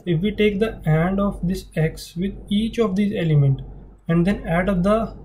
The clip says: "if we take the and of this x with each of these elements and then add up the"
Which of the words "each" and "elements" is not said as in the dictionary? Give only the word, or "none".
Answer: elements